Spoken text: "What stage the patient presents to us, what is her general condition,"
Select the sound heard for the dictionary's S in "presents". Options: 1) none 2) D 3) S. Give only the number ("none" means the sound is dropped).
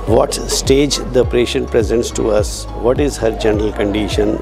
3